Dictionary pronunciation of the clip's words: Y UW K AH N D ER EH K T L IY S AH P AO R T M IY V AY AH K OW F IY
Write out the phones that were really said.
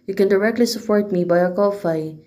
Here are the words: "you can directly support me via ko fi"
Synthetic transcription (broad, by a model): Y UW K AH N D ER EH K T L IY S AH P AO R T M IY B AY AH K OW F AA